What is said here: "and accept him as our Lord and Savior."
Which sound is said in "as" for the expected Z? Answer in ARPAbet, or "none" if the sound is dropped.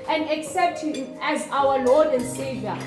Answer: Z